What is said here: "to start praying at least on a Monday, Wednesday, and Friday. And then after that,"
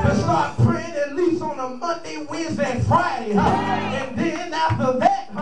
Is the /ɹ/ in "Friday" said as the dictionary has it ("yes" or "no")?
yes